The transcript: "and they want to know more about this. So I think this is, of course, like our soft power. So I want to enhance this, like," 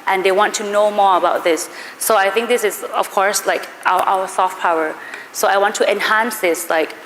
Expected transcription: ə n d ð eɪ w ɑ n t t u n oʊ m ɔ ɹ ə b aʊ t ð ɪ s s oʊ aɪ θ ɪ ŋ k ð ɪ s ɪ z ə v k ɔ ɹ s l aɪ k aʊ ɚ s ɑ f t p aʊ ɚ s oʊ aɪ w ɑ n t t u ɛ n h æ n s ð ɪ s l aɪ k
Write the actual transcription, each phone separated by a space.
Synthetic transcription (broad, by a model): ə n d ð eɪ w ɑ n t t u n oʊ m ɔ ɹ ə b aʊ t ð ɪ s s oʊ aɪ θ ɪ ŋ k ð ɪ s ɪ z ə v k ɔ ɹ s l aɪ k aʊ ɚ s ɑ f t p aʊ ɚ s oʊ aɪ w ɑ n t t u ɛ n h æ n s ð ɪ s l aɪ k